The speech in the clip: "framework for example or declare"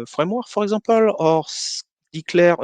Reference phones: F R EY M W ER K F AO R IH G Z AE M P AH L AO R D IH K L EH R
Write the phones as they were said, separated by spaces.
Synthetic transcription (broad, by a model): F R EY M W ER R F AO R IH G Z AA P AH L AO R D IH K L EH R